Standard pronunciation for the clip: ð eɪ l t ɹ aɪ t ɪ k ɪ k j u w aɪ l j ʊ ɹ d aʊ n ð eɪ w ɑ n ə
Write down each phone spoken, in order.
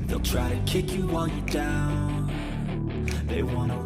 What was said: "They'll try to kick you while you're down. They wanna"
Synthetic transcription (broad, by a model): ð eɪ l t ɹ aɪ t ɪ k ɪ k j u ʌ n j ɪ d aʊ n ð eɪ w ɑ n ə